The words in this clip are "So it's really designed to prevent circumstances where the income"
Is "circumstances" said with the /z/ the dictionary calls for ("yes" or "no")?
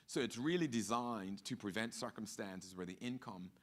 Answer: yes